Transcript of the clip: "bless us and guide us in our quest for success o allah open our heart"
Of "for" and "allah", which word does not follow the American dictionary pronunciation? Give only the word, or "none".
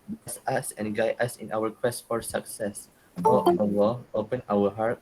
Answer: allah